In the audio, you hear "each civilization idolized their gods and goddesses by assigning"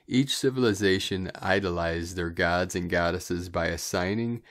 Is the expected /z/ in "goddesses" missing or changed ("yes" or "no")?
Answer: no